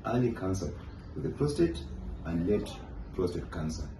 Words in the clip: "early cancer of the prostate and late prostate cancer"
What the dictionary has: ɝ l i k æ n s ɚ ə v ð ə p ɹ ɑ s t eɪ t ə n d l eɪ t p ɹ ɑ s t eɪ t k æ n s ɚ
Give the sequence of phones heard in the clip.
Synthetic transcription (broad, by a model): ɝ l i k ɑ n s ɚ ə w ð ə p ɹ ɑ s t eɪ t ə n d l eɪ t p ɹ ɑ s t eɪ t k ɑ n s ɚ